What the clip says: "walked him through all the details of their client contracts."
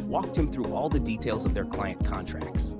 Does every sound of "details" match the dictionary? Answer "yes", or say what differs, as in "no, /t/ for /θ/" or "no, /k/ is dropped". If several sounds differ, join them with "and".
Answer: yes